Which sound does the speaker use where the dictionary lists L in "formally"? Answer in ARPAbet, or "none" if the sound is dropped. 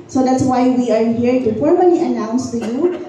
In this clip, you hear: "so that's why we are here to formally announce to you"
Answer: N